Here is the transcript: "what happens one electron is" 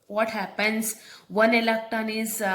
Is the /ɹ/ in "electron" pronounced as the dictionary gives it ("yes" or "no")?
no